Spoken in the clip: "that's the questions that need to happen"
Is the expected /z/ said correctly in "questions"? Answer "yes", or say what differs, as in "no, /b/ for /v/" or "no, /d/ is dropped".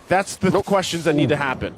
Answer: yes